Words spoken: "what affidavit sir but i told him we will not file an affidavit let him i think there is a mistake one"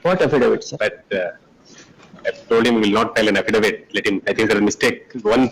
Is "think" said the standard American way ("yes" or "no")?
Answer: no